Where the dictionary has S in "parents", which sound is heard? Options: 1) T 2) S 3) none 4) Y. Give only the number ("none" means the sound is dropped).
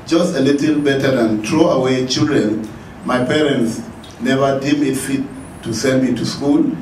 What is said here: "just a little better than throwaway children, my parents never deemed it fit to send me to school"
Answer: 2